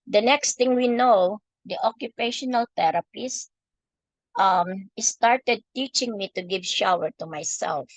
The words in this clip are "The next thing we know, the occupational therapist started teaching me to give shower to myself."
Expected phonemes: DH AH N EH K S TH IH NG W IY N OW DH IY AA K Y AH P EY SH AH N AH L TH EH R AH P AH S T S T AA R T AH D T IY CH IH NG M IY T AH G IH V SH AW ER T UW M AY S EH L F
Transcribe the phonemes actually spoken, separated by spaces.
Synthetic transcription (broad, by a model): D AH N EH K S T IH NG W IY N OW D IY AA K Y AH P EY SH AH N AH L T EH R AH P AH S T S T AA R T AH D T IY CH IH NG M IY T AH G IH V SH AW ER T UW M AY S EH L F